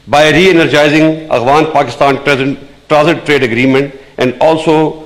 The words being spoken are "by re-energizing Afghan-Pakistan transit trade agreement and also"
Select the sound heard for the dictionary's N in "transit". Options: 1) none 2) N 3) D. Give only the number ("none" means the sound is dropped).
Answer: 1